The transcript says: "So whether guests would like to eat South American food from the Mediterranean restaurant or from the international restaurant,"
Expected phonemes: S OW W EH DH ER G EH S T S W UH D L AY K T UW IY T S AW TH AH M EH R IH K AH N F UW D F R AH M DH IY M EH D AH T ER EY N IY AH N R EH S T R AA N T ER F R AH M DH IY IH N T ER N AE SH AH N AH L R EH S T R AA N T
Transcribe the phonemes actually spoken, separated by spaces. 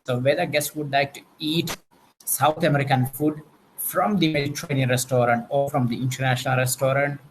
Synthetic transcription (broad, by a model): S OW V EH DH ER G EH S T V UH D L AY K T UW IY T S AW T AH M EH R IH K AH N F UW D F R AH M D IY M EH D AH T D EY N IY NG R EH S T R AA N T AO F R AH M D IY IH N T ER N AE SH AH N AH L R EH S T R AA N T